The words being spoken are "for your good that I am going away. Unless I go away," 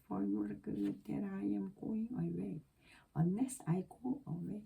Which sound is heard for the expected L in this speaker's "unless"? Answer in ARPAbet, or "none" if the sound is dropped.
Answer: none